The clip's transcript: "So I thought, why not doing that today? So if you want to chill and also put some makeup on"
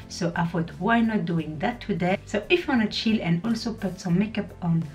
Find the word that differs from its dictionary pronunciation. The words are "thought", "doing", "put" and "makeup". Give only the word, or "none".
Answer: thought